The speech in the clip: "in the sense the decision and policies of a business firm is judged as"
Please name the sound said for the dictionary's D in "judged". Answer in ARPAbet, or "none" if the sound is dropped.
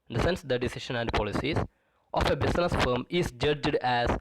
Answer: D